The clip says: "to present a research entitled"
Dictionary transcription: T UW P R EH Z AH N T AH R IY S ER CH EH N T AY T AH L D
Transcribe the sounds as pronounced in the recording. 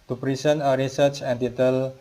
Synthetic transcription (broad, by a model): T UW P R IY S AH N AH R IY S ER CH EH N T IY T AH L